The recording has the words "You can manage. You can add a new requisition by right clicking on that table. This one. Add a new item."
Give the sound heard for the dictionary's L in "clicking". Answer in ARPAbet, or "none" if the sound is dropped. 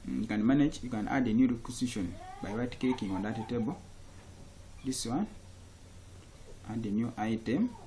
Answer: none